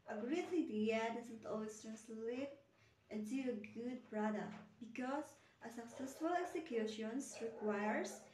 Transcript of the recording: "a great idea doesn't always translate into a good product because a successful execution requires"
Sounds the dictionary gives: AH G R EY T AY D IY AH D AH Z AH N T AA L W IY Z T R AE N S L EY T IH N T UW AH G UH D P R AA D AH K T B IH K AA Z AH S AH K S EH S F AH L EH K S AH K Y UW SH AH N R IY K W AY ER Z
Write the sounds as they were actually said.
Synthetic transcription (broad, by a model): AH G R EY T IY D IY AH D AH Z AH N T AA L W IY S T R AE N S L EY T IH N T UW AH G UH D P R AA D AH K T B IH K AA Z AH S AH K S EH S F AH L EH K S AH K Y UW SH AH N R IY K W AY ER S